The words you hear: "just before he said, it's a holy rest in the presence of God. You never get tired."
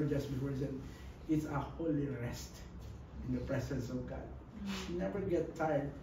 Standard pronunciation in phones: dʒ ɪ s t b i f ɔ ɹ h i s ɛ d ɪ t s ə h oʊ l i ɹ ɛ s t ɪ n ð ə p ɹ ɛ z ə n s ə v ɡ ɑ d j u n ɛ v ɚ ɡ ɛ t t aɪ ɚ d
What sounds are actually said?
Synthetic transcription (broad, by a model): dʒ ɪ s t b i ɔ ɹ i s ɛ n ɪ t s ə h oʊ l i ɹ ɛ s t ɪ n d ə p ɹ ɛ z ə n s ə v ɡ ɑ d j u n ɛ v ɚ ɡ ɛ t t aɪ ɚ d